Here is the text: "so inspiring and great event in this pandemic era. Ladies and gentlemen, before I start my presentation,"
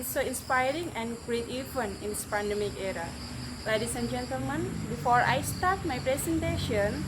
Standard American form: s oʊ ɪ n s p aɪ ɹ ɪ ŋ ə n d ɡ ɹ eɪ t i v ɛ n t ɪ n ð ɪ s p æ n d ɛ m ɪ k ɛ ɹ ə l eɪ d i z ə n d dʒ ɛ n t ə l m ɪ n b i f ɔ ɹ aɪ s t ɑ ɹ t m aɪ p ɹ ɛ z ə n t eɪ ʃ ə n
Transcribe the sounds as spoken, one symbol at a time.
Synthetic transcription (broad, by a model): s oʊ ɪ n s p aɪ ɹ ɪ ŋ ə n ɡ ɹ eɪ t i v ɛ n ɪ n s p æ n d ɛ m ɪ k ɛ ɹ ə l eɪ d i s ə n dʒ ɛ n t ə l m ɪ n b i f ɔ ɹ aɪ s t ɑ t m aɪ p ɹ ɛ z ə n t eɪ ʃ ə n